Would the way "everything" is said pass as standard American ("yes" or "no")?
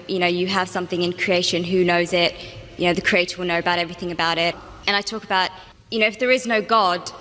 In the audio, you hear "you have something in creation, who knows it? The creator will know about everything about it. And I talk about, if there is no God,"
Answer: yes